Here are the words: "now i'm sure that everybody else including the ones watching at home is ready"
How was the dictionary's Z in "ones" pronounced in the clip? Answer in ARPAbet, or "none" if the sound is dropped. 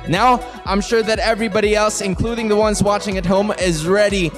Z